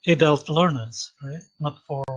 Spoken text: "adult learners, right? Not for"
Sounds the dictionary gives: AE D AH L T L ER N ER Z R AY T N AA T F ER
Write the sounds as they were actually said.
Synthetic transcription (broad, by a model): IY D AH L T L ER N ER Z R AY T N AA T F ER